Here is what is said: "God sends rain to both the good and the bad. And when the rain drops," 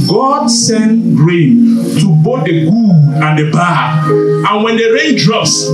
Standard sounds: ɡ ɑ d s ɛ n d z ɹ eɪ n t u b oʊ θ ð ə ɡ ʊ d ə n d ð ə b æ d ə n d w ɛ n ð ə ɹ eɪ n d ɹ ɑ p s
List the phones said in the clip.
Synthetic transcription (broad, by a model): ɡ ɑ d s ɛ n ɹ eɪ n t u b oʊ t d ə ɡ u ə n d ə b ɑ ə n w ɛ n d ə ɹ eɪ n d ɹ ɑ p s